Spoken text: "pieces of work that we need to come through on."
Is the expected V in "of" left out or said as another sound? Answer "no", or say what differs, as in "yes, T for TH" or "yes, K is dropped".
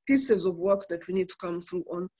no